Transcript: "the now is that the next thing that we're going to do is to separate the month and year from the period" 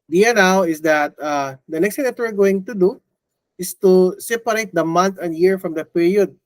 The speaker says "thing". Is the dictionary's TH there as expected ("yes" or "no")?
no